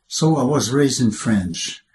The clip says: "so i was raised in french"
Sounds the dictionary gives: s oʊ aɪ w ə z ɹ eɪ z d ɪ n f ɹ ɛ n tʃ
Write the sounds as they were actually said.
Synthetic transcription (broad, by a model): s oʊ aɪ w ə z ɹ eɪ z d ɪ n f ɹ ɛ n tʃ